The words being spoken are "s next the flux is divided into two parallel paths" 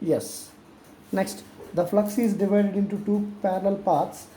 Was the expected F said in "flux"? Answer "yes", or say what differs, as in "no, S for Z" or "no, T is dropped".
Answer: yes